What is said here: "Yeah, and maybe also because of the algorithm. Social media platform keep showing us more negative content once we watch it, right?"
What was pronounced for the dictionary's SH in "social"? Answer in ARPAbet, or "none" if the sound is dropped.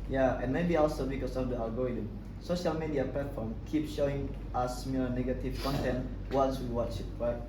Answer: SH